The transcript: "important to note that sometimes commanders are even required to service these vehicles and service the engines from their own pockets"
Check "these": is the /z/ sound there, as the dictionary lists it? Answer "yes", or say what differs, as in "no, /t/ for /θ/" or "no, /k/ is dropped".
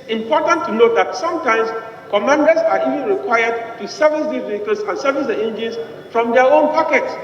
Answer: no, /z/ is dropped